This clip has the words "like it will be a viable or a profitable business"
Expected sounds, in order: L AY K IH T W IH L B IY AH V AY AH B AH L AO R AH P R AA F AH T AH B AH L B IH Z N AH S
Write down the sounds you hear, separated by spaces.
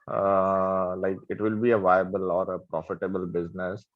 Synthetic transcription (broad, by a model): L AY K IH T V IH L B IY AH V AY AH B AH L AO R AH P R AA F AH T AH B AH L B IH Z N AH S